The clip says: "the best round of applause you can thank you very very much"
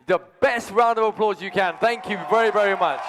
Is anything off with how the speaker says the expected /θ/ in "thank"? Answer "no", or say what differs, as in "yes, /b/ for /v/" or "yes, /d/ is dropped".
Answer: no